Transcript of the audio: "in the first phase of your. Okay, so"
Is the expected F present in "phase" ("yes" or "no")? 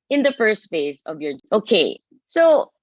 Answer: yes